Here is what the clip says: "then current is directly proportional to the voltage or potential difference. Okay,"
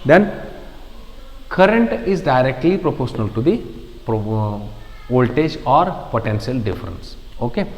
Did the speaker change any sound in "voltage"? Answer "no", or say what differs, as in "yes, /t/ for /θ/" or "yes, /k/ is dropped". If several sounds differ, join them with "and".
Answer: yes, /p/ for /v/